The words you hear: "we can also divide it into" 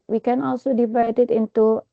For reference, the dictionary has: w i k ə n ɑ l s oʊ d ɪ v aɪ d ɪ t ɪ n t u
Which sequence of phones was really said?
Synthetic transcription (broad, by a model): w i k ə n ɑ l s oʊ d ɪ v aɪ d ɪ t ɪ n t u